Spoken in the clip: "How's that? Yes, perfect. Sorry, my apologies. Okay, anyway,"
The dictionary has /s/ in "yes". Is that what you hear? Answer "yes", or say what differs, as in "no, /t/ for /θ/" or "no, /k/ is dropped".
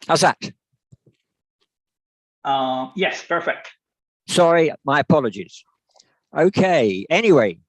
yes